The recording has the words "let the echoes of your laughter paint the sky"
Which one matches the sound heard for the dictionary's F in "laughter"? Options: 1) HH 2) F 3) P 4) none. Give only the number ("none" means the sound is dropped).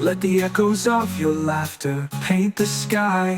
2